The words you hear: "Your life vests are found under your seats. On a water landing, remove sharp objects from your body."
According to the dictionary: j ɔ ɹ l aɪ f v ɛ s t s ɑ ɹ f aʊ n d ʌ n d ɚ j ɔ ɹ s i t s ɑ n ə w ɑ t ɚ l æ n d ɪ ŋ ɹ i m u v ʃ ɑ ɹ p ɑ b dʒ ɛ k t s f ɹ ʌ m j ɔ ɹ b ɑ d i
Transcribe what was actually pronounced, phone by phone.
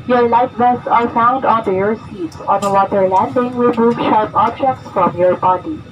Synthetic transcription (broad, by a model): j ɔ ɹ l aɪ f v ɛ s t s ɑ ɹ f aʊ n d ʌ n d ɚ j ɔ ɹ s i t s ɑ n ə w ɑ t ɚ l æ n d ɪ ŋ w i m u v ʃ ɑ ɹ p ɑ b dʒ ɛ k t s f ɹ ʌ m j ɔ ɹ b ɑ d i